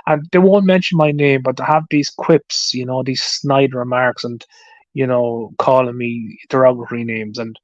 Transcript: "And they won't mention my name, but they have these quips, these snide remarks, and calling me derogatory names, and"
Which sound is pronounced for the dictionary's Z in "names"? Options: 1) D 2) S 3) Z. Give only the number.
3